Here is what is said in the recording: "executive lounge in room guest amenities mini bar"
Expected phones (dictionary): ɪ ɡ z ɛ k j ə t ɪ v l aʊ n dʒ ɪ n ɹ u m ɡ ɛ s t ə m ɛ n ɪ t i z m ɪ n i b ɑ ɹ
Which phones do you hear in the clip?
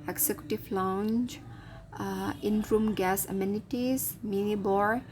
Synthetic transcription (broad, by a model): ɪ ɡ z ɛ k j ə t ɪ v l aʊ n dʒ ɪ n ɹ u m ɡ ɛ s ə m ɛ n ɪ t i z m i n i b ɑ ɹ